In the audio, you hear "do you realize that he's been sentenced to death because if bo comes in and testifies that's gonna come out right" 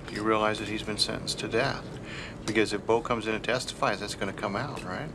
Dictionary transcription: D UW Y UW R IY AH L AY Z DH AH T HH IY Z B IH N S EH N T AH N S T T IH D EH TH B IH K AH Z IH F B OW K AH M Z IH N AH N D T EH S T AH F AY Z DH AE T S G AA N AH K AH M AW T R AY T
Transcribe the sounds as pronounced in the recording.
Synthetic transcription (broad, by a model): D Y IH R IY AH L AY Z DH AH T HH IY Z B IH N S EH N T N S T T IH D EH TH B IH K AH Z IH F B OW K AH M Z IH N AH T EH S T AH F AY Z DH AE T S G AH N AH K AH M AW T R AY T